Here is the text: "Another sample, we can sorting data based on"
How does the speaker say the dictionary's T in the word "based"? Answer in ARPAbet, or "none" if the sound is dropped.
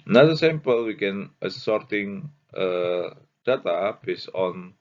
none